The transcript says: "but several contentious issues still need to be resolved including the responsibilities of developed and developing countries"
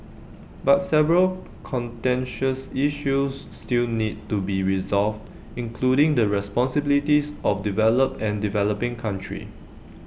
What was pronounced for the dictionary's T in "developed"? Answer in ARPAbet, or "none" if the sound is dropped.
none